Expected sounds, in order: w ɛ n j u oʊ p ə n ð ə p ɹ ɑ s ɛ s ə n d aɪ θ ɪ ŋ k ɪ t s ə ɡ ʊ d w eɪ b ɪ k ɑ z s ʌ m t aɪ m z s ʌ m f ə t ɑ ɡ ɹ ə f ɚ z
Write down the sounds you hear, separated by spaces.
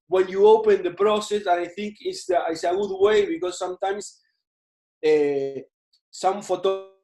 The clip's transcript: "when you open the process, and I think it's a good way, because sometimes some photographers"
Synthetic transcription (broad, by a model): w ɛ n j u oʊ p ə n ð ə p ɹ ɑ s ɛ s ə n aɪ θ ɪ ŋ k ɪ s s ə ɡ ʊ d w eɪ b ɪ k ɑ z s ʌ m t aɪ m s s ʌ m f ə t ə